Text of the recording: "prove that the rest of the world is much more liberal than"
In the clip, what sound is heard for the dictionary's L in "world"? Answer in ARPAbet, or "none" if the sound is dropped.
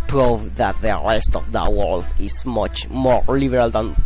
L